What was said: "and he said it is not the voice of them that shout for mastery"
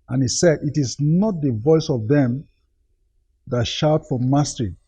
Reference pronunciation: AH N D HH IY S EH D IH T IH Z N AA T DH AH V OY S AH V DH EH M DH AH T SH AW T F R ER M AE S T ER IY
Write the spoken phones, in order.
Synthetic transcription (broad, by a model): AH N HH IY S EH D IH T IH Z N AA T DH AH V OY S AH V DH EH M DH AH T SH AW T F R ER M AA S T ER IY